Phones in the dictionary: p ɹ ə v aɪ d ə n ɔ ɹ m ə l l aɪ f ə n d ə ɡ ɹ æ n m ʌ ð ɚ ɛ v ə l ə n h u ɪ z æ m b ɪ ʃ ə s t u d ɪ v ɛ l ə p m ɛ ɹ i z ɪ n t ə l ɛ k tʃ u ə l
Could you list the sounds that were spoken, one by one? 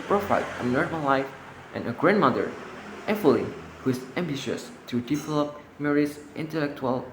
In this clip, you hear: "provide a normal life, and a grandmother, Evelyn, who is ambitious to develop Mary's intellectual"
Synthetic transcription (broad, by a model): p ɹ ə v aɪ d ə n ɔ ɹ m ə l l aɪ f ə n ə ɡ ɹ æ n m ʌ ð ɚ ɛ f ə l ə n h u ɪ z æ m b ɪ ʃ ə s t u d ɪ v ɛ l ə p m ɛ ɹ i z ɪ n t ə l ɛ k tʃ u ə l